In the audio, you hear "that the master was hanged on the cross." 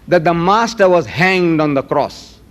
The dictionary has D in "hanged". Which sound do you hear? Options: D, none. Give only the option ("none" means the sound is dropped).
D